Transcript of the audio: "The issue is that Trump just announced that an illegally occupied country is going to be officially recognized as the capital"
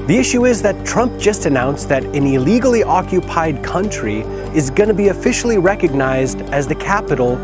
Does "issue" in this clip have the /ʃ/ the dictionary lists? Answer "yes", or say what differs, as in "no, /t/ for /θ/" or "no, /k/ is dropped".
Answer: yes